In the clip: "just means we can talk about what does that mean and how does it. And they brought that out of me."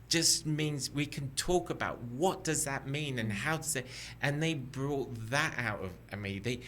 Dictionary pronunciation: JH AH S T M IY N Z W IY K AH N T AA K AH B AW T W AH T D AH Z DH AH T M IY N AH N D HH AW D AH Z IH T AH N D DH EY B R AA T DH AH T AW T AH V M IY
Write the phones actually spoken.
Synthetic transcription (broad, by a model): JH AH S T M IY N Z W IY K AH N T AA K AH B AW T W AH T D AH Z DH AH T M IY N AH N HH AW D AH Z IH T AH N DH EY B R AA T DH AH T AW T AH V M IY